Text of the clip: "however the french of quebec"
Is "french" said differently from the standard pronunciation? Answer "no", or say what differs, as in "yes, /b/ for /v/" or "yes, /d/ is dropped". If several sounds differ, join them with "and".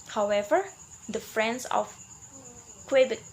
yes, /s/ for /tʃ/